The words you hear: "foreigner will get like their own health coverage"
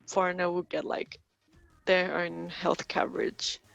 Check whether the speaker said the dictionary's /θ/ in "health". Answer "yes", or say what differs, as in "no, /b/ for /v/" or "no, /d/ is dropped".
yes